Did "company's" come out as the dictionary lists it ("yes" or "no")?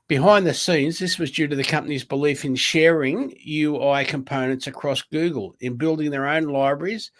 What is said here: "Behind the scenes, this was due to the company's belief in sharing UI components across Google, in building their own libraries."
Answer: yes